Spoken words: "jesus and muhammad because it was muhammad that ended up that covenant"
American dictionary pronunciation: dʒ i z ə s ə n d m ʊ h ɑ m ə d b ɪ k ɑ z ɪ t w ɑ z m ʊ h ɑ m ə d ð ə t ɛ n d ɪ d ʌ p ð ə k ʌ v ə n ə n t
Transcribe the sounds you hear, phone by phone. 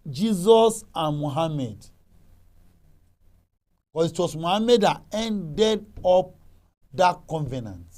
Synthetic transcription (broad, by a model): dʒ i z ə s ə n m ʊ h ɑ m ə d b k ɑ s ɪ t w ɑ s m ʊ h ɑ m ə d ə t ɛ n d ɪ d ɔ p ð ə k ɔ v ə n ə n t